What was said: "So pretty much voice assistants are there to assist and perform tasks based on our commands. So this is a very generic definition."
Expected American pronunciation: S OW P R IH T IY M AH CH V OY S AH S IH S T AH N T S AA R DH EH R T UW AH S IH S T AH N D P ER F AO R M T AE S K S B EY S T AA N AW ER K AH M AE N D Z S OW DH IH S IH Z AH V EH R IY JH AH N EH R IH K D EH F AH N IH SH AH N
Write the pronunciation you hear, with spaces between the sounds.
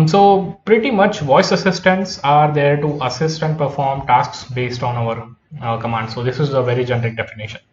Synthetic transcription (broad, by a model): S OW P R IH T IY M AH CH V OY S AH S IH S T AH N T S AA R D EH R T UW AH S IH S T AH N D P ER F AO R M T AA S K S B EY S T AA N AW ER K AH M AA N D S OW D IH S IH Z AH V EH R IY JH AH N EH R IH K D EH F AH N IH SH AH N